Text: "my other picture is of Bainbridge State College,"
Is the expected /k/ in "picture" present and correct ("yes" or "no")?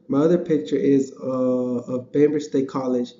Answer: yes